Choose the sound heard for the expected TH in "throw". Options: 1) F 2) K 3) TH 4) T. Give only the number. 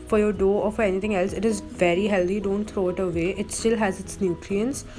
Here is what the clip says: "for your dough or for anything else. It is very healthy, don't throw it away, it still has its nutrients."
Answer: 4